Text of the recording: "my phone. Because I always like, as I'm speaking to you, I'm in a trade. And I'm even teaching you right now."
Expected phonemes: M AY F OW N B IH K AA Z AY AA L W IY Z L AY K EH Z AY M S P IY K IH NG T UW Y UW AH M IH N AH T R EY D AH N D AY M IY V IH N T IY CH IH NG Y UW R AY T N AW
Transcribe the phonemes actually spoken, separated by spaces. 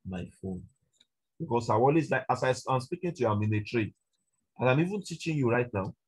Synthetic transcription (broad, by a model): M AY F OW N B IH K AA S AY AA L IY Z L AY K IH S AY M S P IY K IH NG T UW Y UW AH M IH N AH T R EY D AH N AY M IY V IH N T IY CH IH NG Y UW R AY T N AW